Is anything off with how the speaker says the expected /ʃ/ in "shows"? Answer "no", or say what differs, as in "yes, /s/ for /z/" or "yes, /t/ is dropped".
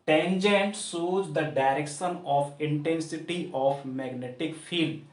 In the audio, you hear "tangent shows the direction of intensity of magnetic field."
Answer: yes, /s/ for /ʃ/